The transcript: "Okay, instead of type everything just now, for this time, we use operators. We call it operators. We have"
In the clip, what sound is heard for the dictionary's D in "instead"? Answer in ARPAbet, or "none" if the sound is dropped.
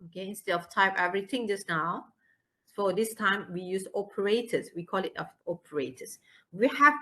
none